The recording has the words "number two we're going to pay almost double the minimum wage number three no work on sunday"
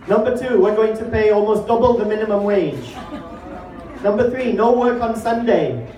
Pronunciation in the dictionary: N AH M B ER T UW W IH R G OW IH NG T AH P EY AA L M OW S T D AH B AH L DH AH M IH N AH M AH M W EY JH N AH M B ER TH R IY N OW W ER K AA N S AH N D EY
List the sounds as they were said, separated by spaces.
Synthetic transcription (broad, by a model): N AH M B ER T UW W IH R G OW IH NG T AH P EY AA L M OW S D AH B AH L DH AH M IH N AH M AH M W EY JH N AH M B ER TH R IY N OW W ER K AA N S AH N D EY